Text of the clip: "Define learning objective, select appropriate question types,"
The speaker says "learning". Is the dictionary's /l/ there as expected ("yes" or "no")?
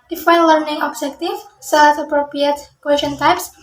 yes